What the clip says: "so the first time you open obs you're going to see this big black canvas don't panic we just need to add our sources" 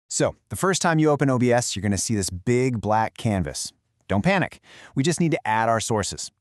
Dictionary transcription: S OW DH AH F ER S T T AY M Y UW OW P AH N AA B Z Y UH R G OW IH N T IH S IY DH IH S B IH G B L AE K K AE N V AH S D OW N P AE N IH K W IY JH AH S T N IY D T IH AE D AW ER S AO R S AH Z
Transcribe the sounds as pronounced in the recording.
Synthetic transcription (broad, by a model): S OW DH AH F ER S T T AY M Y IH OW P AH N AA B S Y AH R G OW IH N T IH S IY DH IH S B IH G B L AE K K AE N V AH S D OW N P AE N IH K W IY JH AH S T N IY D T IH AE D AW ER S AO R S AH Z